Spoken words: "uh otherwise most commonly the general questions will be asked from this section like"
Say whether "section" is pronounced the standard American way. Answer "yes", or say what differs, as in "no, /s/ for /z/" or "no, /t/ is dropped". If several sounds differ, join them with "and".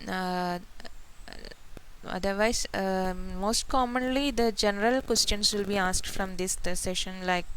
no, /k/ is dropped